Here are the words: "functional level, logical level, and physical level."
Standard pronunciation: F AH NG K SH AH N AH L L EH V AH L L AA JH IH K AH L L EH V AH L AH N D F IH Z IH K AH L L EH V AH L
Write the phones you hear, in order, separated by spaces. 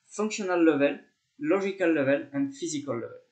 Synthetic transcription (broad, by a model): F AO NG K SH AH N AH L L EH V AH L L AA ZH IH K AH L L EH V AH L AH N D F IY Z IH K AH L L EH V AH L